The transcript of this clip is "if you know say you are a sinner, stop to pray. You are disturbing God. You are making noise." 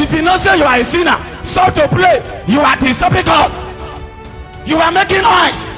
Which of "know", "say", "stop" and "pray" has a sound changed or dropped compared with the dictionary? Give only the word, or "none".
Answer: pray